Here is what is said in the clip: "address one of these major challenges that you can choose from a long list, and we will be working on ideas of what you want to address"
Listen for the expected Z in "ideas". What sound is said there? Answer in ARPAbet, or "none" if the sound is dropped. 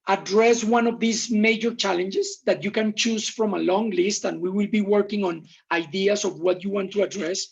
S